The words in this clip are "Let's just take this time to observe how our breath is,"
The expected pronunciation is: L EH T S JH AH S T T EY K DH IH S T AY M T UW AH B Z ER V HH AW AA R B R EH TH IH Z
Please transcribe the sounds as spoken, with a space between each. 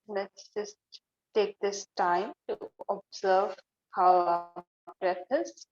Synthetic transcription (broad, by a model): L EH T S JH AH S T T EY K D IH S T AY M T UW AH B Z ER V HH AW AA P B R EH F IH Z